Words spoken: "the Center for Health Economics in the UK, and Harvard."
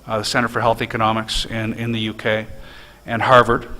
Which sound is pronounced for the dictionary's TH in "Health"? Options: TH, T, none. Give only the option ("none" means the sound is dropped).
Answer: TH